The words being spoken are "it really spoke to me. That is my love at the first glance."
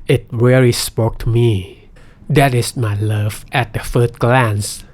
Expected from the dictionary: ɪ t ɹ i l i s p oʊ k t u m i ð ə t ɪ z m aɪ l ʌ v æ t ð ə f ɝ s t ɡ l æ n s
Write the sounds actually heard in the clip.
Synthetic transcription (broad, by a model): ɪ t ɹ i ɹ i s p oʊ k t u m i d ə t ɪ s m aɪ l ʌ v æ t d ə f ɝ s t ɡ l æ n s